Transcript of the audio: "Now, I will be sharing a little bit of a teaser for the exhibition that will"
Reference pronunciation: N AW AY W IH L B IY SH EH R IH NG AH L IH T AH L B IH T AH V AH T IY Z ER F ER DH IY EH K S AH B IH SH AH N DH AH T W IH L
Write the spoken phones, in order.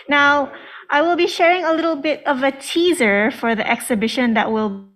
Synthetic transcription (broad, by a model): N AW AY W IH L B IY SH EH R IH NG AH L IH T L B IH T AH V AH T IY Z ER F ER DH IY EH K S AH B IH SH AH N DH AH T W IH L